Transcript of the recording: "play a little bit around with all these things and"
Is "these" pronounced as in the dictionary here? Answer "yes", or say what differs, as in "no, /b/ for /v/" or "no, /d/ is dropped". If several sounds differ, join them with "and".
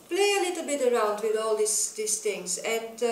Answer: no, /s/ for /z/